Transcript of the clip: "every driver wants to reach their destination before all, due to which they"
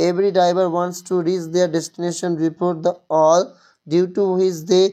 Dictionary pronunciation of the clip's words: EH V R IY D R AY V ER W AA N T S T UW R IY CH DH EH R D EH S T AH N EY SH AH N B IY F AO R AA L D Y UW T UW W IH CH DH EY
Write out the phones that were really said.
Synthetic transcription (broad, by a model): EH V R IY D R AY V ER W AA N T S T UW R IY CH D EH R D EH S T AH N EY SH AH N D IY P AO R AA L D Y UW T UW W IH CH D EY